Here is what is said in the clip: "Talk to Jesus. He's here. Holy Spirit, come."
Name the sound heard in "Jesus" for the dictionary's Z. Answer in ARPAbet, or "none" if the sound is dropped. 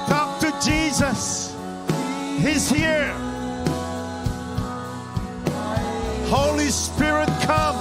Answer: Z